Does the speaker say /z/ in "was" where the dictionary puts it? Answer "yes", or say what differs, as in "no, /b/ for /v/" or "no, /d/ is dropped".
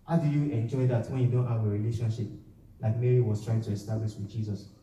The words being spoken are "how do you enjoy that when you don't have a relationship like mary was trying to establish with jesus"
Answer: no, /s/ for /z/